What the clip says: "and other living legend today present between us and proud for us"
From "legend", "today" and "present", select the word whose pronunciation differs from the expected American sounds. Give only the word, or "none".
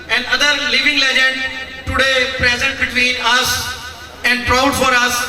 none